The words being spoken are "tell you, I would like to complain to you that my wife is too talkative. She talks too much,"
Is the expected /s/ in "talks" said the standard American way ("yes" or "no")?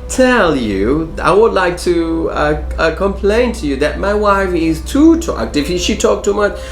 no